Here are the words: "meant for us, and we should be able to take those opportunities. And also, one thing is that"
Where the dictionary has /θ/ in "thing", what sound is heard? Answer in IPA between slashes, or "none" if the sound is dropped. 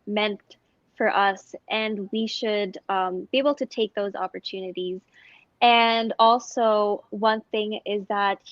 /θ/